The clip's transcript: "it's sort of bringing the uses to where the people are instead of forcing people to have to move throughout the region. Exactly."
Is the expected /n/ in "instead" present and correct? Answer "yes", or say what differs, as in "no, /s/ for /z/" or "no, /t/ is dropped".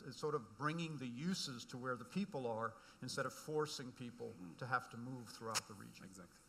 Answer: yes